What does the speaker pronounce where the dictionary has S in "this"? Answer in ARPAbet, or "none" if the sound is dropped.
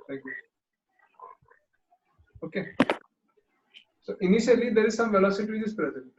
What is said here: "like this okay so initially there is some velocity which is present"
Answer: none